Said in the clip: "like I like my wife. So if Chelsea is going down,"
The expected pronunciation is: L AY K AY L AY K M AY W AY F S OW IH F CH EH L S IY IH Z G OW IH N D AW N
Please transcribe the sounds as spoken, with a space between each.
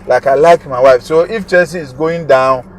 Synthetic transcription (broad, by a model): L AY K AY L AY K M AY W AY F S OW IH F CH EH S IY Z G OW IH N D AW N